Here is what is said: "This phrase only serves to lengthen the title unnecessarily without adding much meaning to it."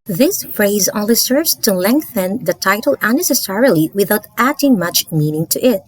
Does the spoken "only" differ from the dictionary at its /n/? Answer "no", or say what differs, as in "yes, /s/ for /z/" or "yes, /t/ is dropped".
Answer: yes, /n/ is dropped